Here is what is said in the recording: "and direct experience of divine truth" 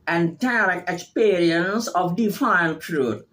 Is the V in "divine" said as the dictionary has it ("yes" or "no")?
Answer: no